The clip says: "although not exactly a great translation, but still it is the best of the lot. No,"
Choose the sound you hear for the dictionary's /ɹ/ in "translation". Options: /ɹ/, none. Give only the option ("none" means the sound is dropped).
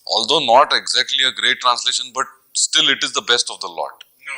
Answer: /ɹ/